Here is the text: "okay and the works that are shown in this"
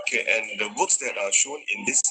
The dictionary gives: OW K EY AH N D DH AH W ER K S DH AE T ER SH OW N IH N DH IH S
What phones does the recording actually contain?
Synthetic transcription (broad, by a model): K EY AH N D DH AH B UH K S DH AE T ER SH OW N IH N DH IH S